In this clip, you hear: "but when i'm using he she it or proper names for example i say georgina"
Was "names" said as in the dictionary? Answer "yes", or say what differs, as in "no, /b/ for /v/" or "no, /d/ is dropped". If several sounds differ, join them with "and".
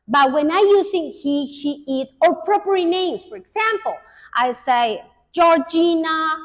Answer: no, /s/ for /z/